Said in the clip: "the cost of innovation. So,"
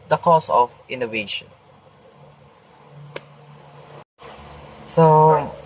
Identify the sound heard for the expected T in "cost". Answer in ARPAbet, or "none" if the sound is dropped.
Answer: none